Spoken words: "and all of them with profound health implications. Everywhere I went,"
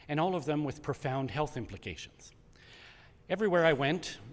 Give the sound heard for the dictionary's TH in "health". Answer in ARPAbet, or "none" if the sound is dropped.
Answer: TH